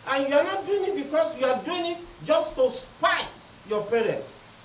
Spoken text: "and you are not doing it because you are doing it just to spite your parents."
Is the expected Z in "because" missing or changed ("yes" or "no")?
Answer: yes